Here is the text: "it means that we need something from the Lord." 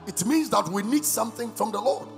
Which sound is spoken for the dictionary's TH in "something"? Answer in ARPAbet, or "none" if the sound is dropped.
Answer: TH